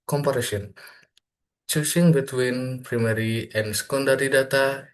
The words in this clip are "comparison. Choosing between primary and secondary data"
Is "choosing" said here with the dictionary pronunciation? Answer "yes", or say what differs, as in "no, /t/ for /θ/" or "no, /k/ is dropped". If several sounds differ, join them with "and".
no, /s/ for /z/